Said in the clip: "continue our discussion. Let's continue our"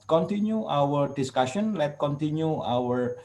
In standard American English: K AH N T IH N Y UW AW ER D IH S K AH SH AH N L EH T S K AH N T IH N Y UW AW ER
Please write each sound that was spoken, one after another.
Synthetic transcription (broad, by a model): K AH N T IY N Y UW AW ER D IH S K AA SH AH N L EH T K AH N T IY N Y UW AW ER